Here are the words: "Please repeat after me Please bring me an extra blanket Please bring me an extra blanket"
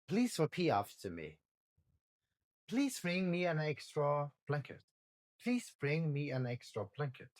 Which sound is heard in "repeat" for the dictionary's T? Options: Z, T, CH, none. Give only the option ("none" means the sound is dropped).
none